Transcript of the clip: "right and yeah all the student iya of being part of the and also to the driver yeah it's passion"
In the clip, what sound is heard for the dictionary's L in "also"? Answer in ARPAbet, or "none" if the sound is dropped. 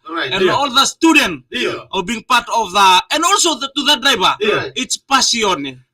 L